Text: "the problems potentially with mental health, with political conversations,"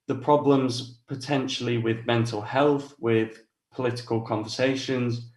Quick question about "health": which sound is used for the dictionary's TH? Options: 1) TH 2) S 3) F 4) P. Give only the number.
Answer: 1